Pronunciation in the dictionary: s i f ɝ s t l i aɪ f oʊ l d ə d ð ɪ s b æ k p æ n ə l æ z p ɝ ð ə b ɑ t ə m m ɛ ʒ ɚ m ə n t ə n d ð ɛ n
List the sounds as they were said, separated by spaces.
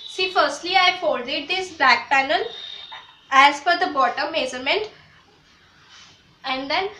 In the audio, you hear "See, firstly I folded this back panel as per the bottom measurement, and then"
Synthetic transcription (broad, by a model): s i f ɝ s t l i aɪ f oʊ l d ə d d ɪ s b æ k p æ n ə l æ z f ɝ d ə b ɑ t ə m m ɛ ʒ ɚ m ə n t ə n d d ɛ n